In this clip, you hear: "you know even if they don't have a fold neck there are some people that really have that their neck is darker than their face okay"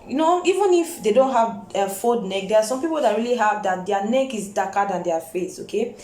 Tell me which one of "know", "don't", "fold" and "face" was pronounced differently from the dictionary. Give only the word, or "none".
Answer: fold